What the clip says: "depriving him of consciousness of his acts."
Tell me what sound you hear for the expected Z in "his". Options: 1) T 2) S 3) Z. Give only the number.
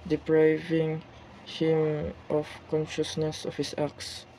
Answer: 2